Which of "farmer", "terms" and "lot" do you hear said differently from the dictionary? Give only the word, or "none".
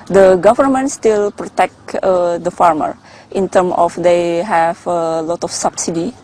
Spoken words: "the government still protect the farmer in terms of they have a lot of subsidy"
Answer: terms